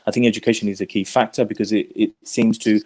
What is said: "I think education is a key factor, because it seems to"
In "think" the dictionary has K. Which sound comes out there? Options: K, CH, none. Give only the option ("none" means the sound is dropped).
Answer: K